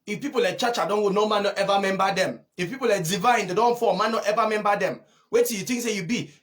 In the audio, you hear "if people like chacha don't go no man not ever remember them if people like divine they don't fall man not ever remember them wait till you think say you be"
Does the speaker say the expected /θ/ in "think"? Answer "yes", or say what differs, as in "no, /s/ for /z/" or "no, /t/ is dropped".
no, /t/ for /θ/